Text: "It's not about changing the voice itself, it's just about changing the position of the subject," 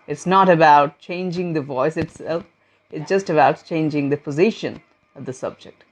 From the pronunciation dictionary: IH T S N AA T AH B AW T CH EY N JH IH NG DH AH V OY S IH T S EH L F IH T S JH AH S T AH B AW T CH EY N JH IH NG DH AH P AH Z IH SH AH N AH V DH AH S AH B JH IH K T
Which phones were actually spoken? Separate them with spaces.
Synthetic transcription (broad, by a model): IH T S N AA T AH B AW T CH EY N JH IH NG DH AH V OY S IH T S EH L F IH T S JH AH S T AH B AW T CH EY N JH IH NG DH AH P AH Z IH SH AH N AH V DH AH S AH B JH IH K T